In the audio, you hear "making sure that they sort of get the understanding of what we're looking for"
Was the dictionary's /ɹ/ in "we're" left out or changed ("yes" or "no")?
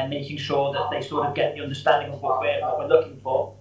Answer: yes